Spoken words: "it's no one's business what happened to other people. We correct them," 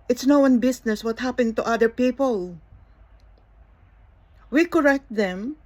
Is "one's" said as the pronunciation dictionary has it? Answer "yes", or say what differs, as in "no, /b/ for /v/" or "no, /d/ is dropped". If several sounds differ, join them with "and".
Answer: no, /z/ is dropped